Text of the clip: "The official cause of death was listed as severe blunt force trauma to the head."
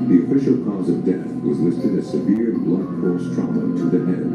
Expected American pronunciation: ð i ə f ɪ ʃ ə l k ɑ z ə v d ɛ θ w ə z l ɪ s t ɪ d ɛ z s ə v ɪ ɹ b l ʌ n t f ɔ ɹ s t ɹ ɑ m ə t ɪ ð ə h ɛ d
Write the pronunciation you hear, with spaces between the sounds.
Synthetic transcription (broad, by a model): ð i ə f ɪ ʃ l k ɑ z ə v d ɛ θ w ə z l ɪ s t ɪ d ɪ s ə v ɪ ɹ b l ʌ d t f ɔ ɹ s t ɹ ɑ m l t ɪ ð ə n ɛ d